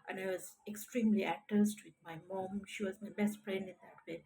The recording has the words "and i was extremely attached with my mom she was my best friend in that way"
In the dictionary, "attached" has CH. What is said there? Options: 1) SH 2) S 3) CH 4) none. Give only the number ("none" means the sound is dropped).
2